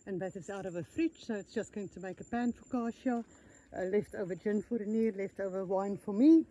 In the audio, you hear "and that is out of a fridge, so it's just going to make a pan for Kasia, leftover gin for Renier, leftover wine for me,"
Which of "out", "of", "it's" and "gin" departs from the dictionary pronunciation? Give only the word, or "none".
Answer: none